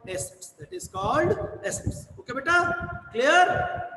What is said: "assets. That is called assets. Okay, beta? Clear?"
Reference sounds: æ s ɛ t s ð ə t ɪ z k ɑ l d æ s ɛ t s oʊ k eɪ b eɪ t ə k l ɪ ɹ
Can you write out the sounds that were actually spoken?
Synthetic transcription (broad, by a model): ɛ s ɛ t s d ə t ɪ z k ɑ l d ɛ s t s oʊ k eɪ b eɪ t ə k l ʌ ɹ